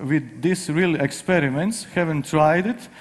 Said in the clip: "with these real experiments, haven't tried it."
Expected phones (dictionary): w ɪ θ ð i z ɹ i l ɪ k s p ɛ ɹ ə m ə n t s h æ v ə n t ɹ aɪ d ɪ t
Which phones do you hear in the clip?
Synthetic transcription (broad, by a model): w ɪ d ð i s ɹ i l ɪ k s p ɛ ɹ ə m ə n t s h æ v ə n t ɹ aɪ d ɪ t